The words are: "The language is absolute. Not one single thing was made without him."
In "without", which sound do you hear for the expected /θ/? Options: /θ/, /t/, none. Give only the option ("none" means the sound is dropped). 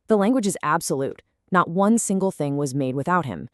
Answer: /θ/